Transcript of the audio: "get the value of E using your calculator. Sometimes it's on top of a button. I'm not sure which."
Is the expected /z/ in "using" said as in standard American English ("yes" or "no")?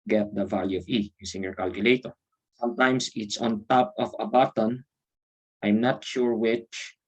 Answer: no